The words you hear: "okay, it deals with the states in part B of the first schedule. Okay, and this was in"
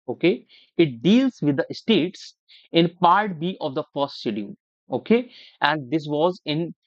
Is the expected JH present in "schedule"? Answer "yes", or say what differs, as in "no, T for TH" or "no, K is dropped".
no, JH is dropped